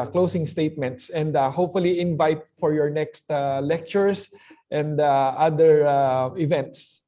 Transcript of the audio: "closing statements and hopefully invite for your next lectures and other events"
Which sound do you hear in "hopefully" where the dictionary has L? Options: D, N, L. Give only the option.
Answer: L